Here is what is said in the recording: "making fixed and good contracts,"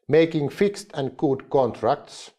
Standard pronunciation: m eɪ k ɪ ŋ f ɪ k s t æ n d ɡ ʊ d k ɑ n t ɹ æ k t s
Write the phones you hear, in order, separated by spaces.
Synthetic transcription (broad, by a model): m eɪ k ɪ ŋ f ɪ k s t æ n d ɡ ʊ d k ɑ n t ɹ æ k t s